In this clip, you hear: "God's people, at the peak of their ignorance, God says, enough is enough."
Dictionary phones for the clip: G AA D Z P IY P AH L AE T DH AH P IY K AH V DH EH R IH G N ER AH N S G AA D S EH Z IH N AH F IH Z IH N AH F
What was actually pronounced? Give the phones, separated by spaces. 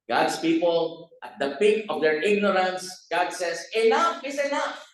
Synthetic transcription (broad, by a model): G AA D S P IY P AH L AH T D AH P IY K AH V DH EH R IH G N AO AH N S G AA D S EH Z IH L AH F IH S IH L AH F